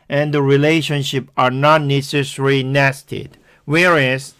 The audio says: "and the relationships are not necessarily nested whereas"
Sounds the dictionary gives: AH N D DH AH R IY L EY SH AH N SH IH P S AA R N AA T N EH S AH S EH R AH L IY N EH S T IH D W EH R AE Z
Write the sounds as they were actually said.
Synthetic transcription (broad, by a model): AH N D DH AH R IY L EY SH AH N SH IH P AA R N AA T N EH S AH S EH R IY N EH S T IH D W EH R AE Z